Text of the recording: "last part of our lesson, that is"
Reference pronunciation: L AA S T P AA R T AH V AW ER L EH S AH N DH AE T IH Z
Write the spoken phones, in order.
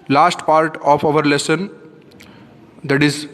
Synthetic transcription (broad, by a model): L AA S T P AA R T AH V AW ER L EH S AH N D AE T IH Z